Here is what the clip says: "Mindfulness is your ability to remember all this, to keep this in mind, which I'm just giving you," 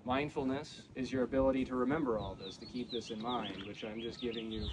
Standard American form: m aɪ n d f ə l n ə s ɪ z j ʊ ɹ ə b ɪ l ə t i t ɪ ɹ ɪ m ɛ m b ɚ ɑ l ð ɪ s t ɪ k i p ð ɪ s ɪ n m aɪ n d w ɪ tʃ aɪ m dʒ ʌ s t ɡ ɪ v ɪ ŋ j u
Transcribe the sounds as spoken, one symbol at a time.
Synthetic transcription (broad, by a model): m aɪ n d f l n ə s ɪ z j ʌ ɹ ə b ɪ l ə t i t ɪ ɹ ɪ m ɛ m b ɚ ɑ l ð ɪ s t ɪ k i p ð ɪ s ɪ n m aɪ n d w ɪ tʃ aɪ m dʒ ʌ s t ɡ ɪ v ɪ ŋ j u